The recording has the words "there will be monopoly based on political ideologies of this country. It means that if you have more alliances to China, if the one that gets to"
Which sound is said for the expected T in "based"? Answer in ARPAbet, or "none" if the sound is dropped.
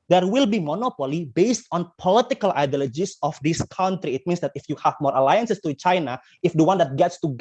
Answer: T